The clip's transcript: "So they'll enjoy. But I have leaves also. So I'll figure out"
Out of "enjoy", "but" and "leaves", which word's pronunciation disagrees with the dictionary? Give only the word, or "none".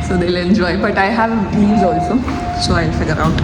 leaves